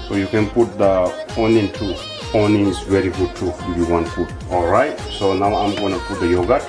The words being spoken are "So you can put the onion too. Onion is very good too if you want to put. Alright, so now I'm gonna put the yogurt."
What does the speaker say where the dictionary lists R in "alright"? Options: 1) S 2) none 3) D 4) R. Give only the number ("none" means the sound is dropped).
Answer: 4